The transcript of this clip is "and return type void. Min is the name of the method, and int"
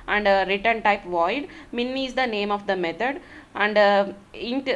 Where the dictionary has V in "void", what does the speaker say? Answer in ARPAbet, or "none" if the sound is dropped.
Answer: V